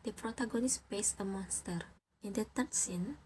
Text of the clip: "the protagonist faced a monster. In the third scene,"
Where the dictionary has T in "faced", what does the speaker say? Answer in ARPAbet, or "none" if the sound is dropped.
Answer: none